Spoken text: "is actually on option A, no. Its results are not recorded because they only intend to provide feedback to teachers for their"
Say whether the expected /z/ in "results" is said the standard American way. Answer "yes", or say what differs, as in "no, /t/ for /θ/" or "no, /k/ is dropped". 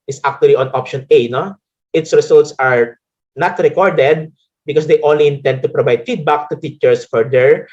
no, /s/ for /z/